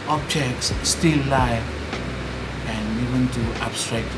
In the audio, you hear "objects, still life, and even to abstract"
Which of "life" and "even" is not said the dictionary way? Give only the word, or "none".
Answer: life